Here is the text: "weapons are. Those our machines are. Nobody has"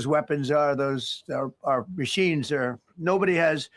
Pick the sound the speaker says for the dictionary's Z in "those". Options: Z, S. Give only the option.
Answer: Z